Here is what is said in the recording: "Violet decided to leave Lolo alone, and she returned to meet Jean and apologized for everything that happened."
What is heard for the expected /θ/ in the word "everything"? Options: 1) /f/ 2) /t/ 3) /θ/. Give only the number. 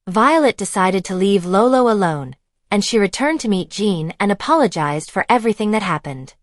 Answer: 3